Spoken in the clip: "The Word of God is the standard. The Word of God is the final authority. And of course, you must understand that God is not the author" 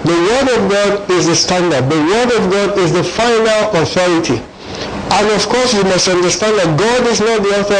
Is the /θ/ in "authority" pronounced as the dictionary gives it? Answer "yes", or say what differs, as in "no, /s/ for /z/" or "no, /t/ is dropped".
yes